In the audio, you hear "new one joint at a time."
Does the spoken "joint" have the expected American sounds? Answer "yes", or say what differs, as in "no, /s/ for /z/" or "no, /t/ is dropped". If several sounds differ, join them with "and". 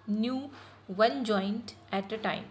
yes